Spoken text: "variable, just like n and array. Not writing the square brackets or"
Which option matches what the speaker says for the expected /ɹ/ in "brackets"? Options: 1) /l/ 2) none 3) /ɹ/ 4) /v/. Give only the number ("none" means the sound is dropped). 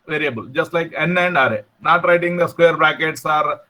2